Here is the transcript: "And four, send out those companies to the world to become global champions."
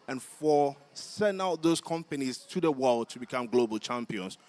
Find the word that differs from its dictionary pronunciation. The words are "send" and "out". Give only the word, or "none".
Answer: send